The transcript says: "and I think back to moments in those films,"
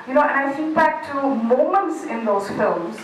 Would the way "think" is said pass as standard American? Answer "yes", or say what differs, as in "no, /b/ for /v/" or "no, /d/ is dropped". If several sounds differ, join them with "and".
no, /s/ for /θ/ and /ŋ/ is dropped